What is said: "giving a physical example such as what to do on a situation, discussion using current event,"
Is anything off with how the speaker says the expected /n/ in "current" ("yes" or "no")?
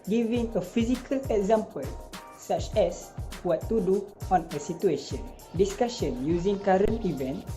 no